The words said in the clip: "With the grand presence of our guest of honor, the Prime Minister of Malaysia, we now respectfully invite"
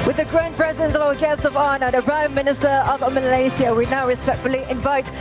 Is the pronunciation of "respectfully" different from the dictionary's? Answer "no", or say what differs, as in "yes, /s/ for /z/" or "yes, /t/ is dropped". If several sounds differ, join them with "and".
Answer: no